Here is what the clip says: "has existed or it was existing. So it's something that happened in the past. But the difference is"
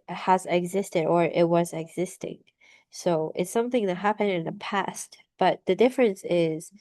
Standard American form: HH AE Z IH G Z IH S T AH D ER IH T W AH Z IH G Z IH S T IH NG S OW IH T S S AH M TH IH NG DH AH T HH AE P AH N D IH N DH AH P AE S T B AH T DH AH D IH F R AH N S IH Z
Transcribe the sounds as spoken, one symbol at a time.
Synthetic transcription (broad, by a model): HH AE Z IH G Z IH S T AH D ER IH T W AH Z IH G Z IH S T IH NG S OW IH T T S AH M TH IH NG DH AH T HH AE P AH N D IH N DH AH P AE S T B AH T DH AH D IH F R AH N S IH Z